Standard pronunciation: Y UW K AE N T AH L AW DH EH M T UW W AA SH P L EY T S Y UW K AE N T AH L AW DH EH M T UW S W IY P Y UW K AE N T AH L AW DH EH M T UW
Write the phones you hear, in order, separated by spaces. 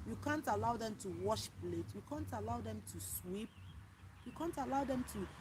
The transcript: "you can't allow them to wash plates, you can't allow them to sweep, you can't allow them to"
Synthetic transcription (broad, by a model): Y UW K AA N T AH L AW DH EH M T UW W AA SH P L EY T Y UW K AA N T AH L AW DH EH M T UW S W IY P Y UW K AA N T AH L AW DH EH M T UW